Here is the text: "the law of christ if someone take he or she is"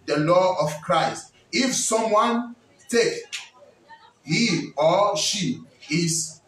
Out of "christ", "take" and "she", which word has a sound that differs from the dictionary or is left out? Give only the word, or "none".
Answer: none